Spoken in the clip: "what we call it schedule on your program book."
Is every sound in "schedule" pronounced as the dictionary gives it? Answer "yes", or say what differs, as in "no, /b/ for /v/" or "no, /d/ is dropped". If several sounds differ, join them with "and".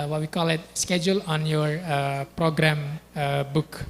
yes